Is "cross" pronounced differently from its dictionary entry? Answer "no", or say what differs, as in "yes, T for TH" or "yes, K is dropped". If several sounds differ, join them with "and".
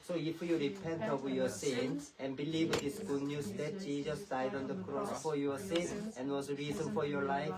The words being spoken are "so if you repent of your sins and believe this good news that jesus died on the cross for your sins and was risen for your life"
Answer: no